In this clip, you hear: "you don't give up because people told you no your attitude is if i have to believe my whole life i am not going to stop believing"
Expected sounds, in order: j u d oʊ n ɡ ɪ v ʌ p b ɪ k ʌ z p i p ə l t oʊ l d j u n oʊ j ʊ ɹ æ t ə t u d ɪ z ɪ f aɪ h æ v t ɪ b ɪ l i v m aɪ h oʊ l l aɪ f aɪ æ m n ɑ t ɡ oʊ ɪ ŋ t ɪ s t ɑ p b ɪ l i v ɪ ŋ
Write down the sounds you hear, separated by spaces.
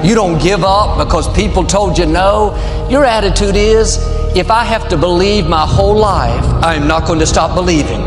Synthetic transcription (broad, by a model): j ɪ d oʊ n ɡ ɪ v ʌ p b ɪ k ʌ z p i p l t oʊ l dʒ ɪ n oʊ j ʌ ɹ æ t ə t u d ɪ z ɪ f aɪ h æ f t ɪ b ɪ l i v m aɪ h oʊ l l aɪ f aɪ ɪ m n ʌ t ɡ oʊ ɪ ŋ t ɪ s t ɑ p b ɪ l i v ɪ ŋ